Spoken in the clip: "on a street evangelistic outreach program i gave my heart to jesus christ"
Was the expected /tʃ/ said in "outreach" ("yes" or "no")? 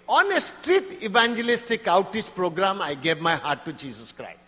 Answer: no